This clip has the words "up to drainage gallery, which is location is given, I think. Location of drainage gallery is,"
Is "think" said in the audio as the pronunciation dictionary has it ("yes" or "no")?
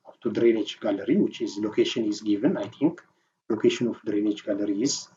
no